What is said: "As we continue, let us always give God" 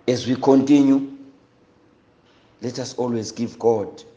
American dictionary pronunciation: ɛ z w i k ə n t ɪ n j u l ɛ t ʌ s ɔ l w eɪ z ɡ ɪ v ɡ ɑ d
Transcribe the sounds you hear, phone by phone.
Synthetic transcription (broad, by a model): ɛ z w i k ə n t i n j u l ɛ t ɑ s ɔ l w eɪ z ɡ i v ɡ ɑ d